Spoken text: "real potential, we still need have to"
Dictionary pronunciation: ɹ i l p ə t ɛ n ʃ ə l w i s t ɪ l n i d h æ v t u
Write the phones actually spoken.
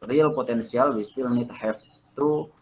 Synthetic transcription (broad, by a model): ɹ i l p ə t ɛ n s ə l w i s t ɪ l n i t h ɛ f t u